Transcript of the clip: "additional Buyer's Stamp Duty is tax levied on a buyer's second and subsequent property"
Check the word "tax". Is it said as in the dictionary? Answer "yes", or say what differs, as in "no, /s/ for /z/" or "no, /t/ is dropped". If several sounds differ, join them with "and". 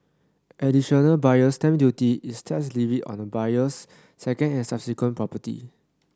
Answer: no, /k/ is dropped